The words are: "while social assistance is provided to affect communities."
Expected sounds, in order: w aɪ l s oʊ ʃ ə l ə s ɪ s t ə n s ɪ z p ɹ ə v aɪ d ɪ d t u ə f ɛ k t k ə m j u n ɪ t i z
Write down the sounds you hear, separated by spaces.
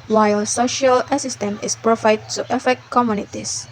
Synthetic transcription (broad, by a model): w aɪ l s oʊ ʃ ə l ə s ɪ s t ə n ɪ s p ɹ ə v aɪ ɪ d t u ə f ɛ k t k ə m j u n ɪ t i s